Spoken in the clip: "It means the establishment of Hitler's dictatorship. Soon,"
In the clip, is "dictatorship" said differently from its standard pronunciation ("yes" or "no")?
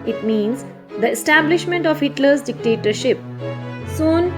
no